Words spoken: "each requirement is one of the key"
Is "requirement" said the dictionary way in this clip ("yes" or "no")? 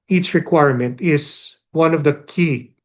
yes